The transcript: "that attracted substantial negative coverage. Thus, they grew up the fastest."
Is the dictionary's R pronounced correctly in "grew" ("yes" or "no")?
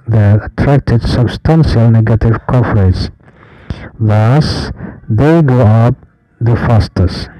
no